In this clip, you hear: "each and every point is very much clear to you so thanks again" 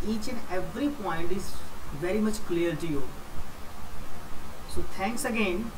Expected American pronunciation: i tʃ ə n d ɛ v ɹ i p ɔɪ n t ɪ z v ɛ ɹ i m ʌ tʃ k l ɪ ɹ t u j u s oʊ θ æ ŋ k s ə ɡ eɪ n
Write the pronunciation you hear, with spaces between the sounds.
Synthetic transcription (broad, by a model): i tʃ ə n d ɛ v ɹ i p ɔɪ n t ɪ z v ɛ ɹ i m ʌ tʃ k l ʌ ɹ t u j u s oʊ t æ ŋ k s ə ɡ eɪ n